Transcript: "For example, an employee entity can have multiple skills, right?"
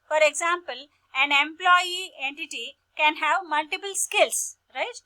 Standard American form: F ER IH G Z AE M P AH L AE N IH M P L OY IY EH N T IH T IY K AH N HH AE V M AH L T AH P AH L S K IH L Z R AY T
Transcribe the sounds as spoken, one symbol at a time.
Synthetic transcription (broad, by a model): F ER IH G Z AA M P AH L AE N IH M P L OY IY EH N T IH T IY K AH N HH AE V M AH L T AH P AH L S K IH L S R AY T